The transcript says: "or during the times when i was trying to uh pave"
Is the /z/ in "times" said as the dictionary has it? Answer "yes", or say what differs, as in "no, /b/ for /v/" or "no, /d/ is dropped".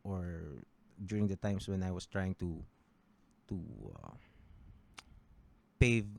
no, /s/ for /z/